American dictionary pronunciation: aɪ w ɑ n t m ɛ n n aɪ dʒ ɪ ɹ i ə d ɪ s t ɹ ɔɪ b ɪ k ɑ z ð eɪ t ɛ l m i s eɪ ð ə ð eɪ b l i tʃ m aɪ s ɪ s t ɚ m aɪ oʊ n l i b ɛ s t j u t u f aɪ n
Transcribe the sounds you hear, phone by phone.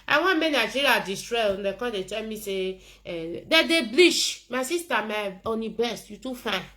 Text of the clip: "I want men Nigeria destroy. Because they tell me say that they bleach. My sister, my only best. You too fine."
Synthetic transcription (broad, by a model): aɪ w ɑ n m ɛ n n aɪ dʒ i ɹ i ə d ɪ s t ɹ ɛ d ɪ k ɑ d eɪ t ɛ l m i s eɪ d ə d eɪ b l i ʃ m aɪ s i s t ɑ m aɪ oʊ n i b ɛ s t j u t u f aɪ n